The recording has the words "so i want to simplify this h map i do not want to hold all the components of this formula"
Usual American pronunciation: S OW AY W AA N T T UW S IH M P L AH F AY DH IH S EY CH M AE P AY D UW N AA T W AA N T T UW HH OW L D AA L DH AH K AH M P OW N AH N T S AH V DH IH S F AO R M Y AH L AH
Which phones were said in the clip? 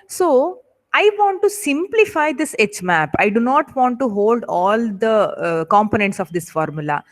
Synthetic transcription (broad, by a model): S OW AY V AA N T T UW S IH M P L AH F AY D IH S EY CH M AE P AY D UW N AA T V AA N T T UW HH OW L D AA L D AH K AH M P OW N AH N T S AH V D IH S F AO R M Y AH L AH